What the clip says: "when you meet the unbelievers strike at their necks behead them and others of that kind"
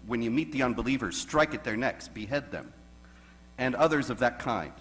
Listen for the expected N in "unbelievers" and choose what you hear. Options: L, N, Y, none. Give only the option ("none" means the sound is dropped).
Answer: N